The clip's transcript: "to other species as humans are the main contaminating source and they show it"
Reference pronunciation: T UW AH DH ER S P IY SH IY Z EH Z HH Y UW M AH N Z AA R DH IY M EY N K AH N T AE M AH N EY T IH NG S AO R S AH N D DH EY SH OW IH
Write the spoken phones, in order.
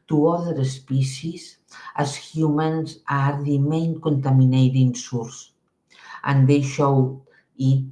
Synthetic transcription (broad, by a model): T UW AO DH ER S P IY S IY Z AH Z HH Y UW M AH N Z AA R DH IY M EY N K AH N T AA M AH N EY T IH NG S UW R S AH N D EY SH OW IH